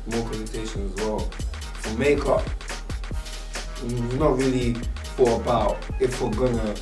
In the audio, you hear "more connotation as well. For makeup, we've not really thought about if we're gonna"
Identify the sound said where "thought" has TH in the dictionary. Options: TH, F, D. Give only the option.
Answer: F